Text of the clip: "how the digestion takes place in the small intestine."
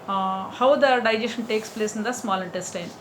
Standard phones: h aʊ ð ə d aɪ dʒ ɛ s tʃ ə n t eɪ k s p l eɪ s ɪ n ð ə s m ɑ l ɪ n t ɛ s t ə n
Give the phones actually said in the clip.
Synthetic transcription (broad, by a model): h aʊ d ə d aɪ dʒ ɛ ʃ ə n t eɪ k s p l eɪ s ɪ n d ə s m ɑ l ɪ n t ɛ s t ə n